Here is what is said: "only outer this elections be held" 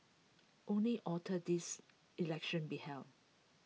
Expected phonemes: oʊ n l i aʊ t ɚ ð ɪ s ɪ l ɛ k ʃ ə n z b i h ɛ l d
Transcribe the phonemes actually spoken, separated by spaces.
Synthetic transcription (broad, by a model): oʊ n l i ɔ t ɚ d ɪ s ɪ l ɛ k ʃ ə n b i h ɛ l